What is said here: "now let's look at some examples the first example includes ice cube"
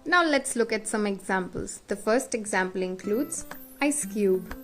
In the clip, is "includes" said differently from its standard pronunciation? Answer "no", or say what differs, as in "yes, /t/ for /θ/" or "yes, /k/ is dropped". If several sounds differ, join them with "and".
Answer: no